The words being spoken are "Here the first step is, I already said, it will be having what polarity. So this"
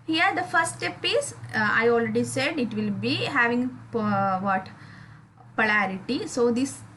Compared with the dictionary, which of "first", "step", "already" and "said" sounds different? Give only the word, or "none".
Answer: first